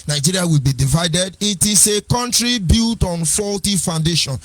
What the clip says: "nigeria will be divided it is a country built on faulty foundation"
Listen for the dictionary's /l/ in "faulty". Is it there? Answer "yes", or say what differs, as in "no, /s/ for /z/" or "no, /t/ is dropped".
yes